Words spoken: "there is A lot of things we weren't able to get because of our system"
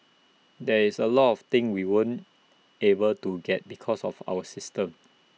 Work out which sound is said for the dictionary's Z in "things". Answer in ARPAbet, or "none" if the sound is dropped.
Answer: none